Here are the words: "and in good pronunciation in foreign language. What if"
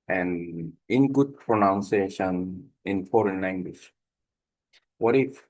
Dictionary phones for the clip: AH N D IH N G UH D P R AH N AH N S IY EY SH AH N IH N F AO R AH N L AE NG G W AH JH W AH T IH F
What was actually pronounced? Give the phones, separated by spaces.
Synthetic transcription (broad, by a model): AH N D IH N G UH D P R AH N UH N S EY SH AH N IH N F AO R AH N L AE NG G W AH SH W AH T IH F